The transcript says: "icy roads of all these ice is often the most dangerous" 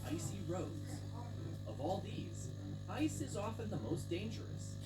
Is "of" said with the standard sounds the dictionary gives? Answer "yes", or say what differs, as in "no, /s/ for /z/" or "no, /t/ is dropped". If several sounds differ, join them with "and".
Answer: yes